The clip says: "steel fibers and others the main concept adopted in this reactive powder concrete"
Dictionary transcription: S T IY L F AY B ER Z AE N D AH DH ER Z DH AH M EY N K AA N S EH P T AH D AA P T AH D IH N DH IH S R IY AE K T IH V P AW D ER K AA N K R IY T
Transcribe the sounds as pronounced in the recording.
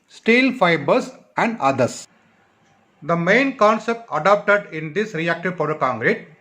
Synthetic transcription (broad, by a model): S T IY L F AY B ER S AE N D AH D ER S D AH M EY N K AA N S EH P T AH D AA P T AH D IH N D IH S R IY AE K T IH V P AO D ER K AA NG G R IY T